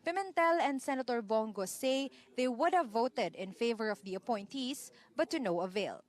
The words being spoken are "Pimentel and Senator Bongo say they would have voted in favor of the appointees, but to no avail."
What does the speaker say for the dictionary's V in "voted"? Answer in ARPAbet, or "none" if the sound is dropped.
V